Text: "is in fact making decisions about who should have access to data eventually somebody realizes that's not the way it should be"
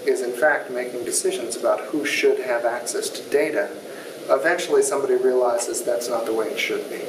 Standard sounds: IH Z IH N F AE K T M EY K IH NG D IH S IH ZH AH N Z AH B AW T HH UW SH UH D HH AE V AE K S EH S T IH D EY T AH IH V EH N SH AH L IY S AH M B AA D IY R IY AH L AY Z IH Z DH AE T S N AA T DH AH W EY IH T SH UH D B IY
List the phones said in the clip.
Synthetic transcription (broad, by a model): IH Z IH N F AE K T M EY K IH NG D IH S IH ZH AH N Z AH B AW T HH UW SH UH D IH V AE K S EH S T IH D EY T AH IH V EH N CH L IY S AH M B AA D IY R IY AH L AY Z IH Z DH AE T S N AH T DH AH W EY IH T SH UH D B IY